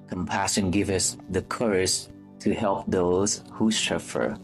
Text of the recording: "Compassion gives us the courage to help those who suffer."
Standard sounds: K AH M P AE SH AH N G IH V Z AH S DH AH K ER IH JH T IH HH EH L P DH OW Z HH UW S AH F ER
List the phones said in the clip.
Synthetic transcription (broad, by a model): K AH M P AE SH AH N G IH V AH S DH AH K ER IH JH T IH HH EH L P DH OW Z HH UW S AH F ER